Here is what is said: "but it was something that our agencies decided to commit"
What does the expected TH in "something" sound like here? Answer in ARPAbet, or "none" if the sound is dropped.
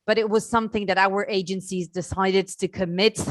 TH